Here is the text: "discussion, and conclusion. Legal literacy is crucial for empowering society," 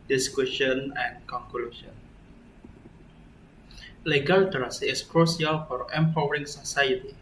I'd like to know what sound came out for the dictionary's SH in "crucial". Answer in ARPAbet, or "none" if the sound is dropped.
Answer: S